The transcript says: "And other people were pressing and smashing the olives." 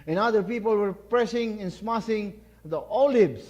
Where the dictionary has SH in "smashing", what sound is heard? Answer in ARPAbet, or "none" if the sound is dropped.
S